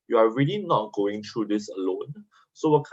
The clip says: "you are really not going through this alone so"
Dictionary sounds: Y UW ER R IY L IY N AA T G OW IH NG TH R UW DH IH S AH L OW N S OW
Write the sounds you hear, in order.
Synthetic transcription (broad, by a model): Y UW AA R IY L IY N AA T G OW IH NG T R UW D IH S AH L OW N S OW